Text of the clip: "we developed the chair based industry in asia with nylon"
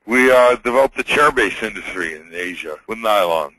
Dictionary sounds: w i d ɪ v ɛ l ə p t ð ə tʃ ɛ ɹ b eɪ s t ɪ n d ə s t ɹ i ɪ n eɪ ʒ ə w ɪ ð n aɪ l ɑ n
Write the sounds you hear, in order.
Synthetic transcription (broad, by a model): w i d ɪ v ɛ l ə p ð ə tʃ ɛ ɹ b eɪ s ɪ n d ə s t ɹ i ɪ n eɪ ʒ ə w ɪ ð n aɪ l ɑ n